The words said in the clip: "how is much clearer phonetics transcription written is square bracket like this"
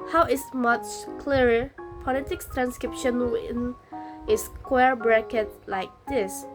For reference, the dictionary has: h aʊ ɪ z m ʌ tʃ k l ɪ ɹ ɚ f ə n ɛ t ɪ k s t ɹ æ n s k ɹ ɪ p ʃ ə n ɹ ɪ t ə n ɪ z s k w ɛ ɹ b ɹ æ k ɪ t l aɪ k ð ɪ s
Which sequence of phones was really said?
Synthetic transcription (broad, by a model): h aʊ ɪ s m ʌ tʃ k l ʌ ɹ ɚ p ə l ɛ t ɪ k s t ɹ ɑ n s k ɹ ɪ p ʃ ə n w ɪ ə n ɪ s k w ɛ ɹ b ɹ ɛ k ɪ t l aɪ k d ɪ s